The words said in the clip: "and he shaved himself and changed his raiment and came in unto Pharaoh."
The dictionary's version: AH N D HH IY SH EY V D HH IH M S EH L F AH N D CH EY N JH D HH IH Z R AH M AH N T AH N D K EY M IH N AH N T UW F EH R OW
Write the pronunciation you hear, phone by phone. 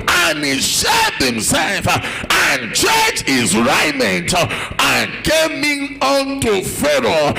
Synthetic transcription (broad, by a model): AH N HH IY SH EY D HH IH M S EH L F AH N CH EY JH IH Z R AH M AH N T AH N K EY M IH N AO N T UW F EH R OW